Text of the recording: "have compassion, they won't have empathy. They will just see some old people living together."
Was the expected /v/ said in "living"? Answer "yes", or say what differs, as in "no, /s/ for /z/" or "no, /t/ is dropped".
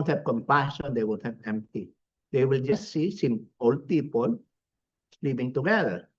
no, /p/ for /v/